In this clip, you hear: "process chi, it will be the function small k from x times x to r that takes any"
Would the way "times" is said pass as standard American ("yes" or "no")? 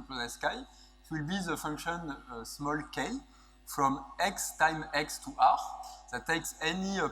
no